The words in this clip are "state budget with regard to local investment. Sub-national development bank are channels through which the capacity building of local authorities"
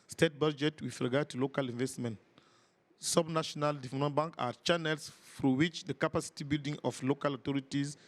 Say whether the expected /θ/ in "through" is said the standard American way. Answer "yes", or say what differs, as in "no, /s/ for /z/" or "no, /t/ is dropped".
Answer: no, /f/ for /θ/